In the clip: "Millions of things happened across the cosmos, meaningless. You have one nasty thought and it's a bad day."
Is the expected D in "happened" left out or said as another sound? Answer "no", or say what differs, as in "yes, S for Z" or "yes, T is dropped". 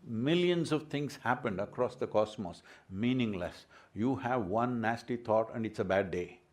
no